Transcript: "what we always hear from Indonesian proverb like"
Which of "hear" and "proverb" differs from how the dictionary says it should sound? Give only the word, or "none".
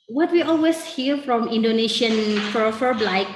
proverb